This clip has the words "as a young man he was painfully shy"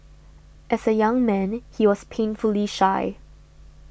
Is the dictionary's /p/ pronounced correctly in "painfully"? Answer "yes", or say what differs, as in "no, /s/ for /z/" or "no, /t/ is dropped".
yes